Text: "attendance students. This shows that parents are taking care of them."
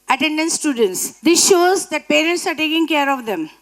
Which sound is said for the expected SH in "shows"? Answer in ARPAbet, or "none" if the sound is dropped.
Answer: SH